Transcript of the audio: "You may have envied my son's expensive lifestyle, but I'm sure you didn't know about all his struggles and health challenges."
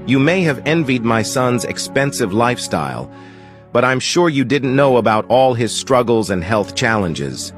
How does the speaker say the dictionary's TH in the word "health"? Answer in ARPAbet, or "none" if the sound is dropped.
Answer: TH